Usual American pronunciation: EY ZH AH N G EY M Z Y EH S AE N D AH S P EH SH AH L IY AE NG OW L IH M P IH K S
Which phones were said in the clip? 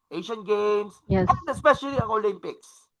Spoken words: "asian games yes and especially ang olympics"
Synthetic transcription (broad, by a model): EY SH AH N G EY M S Y EH S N AH S P EH SH AH L IY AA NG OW L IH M P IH K S